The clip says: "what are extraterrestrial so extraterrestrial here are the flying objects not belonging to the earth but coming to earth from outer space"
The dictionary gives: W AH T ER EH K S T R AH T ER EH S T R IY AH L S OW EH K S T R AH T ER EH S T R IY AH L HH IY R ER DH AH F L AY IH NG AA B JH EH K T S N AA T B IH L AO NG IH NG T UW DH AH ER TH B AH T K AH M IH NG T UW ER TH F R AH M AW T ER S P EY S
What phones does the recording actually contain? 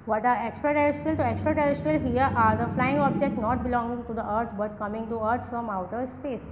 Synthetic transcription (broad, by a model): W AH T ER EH K S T R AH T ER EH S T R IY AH L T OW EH K S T R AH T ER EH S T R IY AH L HH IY R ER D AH F L AY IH NG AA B JH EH K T N AA T B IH L AO NG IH NG T UW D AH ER T B AH T K AH M IH NG T UW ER T F R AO M AW T ER S P EY S